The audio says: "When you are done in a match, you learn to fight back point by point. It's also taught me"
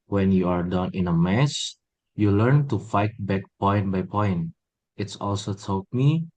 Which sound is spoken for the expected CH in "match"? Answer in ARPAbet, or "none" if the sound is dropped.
S